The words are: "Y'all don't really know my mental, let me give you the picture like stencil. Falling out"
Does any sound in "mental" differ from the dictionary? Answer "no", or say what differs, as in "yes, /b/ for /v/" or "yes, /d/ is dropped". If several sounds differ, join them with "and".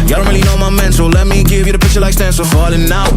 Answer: yes, /s/ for /t/